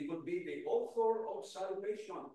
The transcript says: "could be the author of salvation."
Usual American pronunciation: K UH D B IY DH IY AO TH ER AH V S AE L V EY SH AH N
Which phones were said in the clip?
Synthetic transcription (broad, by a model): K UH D B IY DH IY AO F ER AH B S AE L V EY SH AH N